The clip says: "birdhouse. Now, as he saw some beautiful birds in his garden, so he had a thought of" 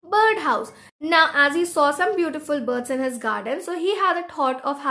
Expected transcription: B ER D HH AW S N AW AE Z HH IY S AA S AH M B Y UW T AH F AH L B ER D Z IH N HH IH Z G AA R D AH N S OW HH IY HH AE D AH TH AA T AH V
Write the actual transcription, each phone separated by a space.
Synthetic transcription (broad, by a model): B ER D HH AW S N AW AE Z HH IY S AA S AH M B Y UW T AH F AH L B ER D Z IH N HH IH Z G AA R D AH N S OW HH IY HH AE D AH T AA T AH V